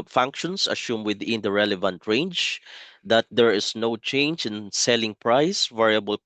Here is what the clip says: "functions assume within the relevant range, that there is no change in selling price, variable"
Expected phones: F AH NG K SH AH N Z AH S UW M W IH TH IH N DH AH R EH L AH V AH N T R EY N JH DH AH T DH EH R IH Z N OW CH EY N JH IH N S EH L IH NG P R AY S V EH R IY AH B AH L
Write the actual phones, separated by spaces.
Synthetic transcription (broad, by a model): F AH NG K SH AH N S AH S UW M W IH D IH N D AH R EH L AH V AH N T R EY N JH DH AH T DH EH R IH S N OW CH EY N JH IH N S EH L IH NG P R AY S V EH R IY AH B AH L